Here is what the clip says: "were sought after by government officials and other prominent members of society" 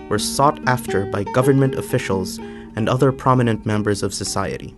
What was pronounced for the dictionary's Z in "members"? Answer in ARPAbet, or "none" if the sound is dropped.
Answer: Z